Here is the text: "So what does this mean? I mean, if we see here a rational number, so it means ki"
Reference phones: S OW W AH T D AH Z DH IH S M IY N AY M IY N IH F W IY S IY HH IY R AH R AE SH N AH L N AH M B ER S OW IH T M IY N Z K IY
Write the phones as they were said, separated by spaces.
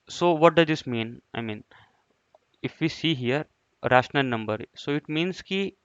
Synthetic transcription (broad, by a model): S OW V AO T D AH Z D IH S M IY N AY M IY N IH F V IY S IY HH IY R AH R AE SH N AH L N AH M B ER S OW IH T M IY N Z K IY